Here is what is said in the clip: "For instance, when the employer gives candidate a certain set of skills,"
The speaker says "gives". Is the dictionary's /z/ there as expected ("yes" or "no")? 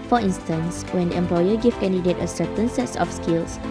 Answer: no